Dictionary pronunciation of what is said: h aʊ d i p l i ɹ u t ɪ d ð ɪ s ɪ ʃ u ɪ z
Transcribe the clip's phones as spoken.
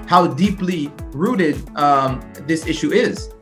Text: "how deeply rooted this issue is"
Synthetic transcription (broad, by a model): h aʊ d i p l i ɹ u t ɪ d ð ɪ s ɪ ʃ u ɪ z